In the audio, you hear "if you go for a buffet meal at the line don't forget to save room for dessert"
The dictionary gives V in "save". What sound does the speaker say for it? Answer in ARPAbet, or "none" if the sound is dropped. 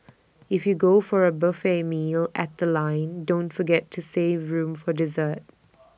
V